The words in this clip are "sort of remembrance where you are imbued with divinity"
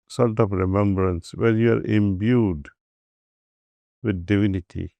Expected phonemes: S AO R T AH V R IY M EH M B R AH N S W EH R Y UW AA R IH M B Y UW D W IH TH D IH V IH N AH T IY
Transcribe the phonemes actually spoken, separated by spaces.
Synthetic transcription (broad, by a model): S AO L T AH P R IY M EH M B R AH N S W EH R Y UW AA R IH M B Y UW D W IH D D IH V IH N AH T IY